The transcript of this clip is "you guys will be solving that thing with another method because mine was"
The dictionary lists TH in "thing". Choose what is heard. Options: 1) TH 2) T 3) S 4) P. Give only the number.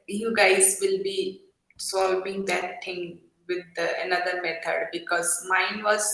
2